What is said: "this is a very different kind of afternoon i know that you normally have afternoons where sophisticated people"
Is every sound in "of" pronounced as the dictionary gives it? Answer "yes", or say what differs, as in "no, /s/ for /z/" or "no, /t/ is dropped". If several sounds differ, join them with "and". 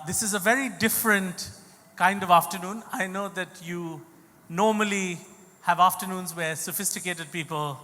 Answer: yes